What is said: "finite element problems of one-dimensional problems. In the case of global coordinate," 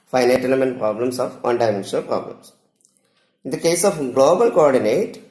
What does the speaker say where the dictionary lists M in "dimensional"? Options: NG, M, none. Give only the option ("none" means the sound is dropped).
none